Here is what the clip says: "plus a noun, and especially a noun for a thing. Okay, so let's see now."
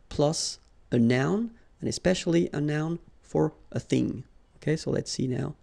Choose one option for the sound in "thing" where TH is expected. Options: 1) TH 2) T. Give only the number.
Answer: 1